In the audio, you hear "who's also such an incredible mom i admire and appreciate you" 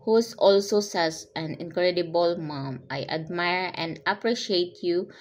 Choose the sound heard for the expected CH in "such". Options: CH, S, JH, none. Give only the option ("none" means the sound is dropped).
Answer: S